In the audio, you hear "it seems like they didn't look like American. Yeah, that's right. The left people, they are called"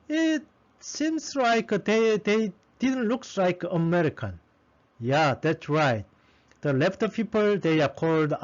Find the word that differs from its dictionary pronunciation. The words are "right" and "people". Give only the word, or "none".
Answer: none